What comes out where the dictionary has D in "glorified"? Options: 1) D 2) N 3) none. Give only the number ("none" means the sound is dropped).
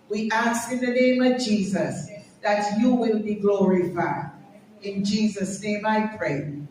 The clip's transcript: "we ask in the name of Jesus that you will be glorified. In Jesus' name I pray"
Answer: 3